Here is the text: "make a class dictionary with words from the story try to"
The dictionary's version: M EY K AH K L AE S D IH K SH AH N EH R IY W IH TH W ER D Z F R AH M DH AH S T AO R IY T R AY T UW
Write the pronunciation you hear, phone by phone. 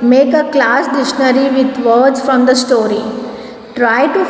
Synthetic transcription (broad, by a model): M EY K AH K L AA S D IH SH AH N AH R IY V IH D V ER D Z F R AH M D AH S T AO R IY T R AY T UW